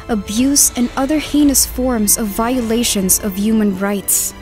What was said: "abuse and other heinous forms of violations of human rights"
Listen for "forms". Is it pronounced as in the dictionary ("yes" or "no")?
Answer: yes